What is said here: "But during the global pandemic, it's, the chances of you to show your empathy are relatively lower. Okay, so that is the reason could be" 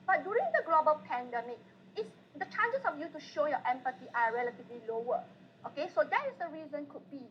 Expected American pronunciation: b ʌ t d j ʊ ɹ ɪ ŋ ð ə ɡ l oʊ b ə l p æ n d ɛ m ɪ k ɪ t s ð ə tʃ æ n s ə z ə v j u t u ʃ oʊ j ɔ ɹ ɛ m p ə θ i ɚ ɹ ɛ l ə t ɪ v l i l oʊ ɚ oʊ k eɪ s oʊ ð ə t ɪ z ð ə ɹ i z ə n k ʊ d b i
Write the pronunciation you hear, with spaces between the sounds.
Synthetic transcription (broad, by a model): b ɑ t d j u ɹ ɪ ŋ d ə ɡ l oʊ b ə l p æ n d ɛ m ɪ k ɪ t s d ə tʃ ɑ n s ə s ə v j u t u ʃ oʊ j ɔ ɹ ɛ m p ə t i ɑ ɹ ɛ l ə t ɪ v l i l oʊ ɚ oʊ k eɪ s oʊ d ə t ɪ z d ə ɹ i z ə n k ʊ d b i